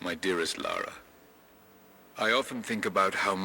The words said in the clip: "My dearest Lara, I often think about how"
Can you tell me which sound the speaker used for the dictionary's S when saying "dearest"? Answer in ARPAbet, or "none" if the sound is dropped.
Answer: S